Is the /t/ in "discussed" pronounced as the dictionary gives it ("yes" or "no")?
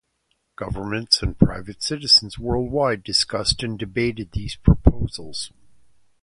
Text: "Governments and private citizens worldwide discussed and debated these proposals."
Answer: yes